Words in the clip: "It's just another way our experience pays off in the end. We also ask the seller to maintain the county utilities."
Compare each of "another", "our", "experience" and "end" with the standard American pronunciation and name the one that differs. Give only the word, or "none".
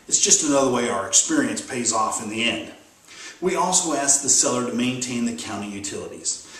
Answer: none